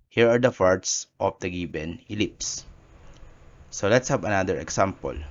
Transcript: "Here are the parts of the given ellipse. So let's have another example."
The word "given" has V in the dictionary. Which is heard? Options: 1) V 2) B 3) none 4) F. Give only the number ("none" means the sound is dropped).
2